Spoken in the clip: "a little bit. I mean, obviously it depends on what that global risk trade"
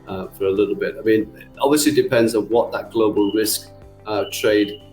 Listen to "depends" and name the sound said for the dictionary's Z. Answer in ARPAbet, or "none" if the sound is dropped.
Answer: Z